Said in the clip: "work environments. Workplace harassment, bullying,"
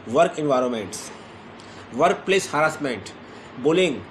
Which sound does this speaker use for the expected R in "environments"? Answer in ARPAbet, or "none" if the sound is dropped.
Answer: R